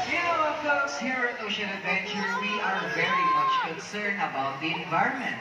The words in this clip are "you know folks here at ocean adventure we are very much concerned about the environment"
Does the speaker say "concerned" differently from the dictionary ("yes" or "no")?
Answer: yes